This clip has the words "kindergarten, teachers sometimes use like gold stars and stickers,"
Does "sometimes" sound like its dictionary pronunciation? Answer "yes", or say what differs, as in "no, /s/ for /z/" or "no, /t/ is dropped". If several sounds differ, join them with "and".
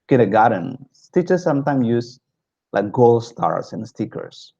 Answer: no, /z/ is dropped